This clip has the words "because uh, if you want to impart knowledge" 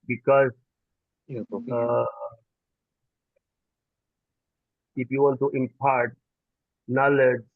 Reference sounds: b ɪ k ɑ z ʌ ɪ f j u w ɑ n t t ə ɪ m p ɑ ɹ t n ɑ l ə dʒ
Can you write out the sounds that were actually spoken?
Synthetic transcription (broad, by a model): b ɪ k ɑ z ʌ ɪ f j u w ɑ n t t ə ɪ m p ɑ ɹ t n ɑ l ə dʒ